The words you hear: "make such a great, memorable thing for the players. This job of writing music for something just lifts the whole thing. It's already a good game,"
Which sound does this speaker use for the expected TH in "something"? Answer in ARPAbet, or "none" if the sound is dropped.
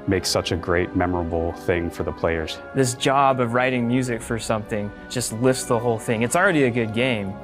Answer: TH